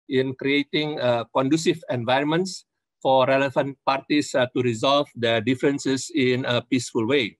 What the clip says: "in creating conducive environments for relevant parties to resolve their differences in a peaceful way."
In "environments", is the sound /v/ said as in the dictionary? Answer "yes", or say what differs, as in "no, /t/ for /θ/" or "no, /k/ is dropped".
yes